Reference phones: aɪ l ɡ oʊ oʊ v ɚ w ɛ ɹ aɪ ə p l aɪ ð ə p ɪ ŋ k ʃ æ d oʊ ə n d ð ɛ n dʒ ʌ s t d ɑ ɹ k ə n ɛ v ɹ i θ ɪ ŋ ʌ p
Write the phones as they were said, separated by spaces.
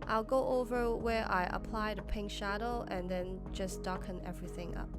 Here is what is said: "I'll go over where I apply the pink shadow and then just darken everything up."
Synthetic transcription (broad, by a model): aɪ l ɡ oʊ oʊ v ɚ w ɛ ɹ aɪ ə p l aɪ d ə p ɪ ŋ k ʃ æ d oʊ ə n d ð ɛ n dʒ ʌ s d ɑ k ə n ɛ v ɹ i θ ɪ ŋ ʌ p